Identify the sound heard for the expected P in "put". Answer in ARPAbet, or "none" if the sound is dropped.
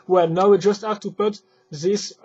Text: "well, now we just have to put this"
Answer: P